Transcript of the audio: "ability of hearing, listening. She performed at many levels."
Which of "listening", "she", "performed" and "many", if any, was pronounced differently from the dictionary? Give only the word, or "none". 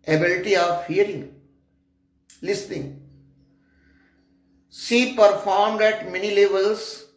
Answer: she